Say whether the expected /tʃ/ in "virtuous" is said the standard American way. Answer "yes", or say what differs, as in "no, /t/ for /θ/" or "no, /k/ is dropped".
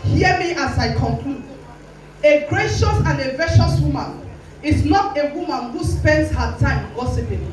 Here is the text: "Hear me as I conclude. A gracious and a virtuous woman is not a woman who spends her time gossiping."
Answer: no, /ʃ/ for /tʃ/